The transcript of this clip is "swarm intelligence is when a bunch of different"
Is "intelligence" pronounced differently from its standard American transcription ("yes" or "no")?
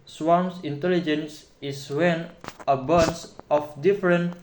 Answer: no